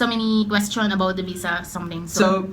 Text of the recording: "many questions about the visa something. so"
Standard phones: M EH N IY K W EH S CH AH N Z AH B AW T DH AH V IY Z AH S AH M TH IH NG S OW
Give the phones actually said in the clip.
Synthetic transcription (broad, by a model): M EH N IY K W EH S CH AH N AH B AW T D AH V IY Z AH S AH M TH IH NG S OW